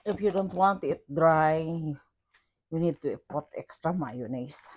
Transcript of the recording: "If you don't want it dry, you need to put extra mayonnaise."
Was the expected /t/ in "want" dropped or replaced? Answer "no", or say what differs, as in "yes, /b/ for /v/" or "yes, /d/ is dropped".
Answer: no